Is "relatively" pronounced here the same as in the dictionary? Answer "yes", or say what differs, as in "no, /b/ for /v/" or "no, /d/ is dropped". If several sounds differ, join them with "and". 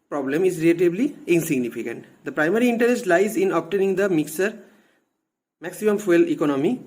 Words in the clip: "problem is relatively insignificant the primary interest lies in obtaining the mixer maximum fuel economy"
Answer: no, /b/ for /v/